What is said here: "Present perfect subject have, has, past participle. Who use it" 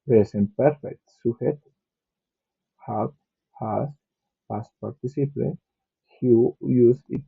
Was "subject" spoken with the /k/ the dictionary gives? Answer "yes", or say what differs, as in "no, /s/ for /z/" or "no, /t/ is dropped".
no, /k/ is dropped